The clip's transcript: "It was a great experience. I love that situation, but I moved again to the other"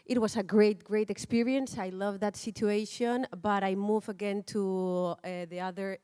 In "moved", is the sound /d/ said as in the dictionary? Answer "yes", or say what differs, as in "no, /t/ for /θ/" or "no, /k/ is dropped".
no, /d/ is dropped